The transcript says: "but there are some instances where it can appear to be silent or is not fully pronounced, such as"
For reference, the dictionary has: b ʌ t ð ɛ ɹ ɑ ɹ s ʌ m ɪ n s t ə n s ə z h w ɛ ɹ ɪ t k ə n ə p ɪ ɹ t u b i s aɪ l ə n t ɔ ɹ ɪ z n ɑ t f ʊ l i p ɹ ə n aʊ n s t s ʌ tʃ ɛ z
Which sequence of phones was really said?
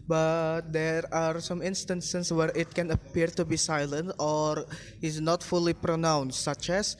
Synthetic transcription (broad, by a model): b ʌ t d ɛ ɹ ɑ ɹ s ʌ m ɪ n s t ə n s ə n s w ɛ ɹ ɪ t k ə n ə p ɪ ɹ t u b i s aɪ l ə n t ɔ ɹ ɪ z n ɑ t f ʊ l i p ɹ ə n aʊ n s t s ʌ tʃ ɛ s